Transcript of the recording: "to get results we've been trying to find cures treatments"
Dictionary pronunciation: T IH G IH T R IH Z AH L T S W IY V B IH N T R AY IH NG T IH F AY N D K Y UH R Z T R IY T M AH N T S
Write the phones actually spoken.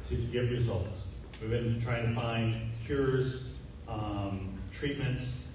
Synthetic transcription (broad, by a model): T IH G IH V R IH Z AH L T S W IY V B IH N T R AY IH NG T IH F AY N D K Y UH R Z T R IY T M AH N T S